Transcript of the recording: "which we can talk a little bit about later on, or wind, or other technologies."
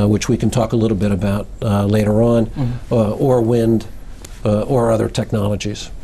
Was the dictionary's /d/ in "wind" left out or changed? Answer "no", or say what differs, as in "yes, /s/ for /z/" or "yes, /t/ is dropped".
no